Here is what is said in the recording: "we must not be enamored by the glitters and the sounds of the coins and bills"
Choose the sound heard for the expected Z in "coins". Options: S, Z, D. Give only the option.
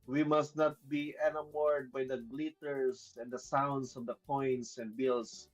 S